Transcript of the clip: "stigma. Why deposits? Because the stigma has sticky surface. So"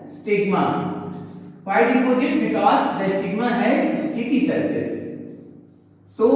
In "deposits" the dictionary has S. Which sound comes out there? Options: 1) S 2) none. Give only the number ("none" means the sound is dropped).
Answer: 2